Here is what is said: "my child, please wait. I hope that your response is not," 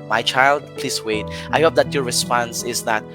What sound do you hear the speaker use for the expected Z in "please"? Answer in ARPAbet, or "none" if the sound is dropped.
S